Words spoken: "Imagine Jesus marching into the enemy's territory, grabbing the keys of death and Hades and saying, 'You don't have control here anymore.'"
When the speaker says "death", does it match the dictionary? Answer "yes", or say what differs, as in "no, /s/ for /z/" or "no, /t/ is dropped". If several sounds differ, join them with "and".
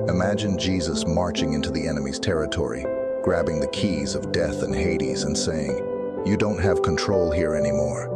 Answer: yes